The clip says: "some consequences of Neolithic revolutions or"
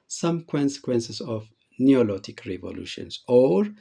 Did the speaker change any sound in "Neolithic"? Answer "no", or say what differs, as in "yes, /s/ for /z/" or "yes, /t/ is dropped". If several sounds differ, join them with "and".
yes, /t/ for /θ/